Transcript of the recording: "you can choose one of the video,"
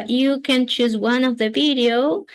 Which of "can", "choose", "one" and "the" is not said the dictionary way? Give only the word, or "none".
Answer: none